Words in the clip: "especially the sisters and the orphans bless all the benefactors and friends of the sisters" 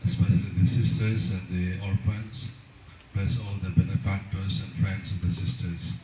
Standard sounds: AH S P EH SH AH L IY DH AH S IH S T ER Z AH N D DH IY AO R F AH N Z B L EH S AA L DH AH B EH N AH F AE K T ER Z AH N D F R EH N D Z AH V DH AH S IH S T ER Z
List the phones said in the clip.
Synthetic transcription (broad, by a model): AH S P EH SH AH L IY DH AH S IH S T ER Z AH N D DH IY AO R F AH N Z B EH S AA L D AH B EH N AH F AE K T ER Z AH N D F R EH N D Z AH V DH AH S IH S T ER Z